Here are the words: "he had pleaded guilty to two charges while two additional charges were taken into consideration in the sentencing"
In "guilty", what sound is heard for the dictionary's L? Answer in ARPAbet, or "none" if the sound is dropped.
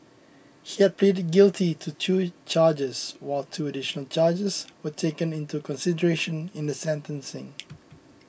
L